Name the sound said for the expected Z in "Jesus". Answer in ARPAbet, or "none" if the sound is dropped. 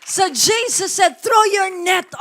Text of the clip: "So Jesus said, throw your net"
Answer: S